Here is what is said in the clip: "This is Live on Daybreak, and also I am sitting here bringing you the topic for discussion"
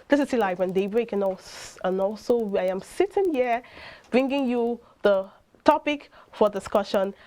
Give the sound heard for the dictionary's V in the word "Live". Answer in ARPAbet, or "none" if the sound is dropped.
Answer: W